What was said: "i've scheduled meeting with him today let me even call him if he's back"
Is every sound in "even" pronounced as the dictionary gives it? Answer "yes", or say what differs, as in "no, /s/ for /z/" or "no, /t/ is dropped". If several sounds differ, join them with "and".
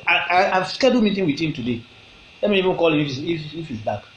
yes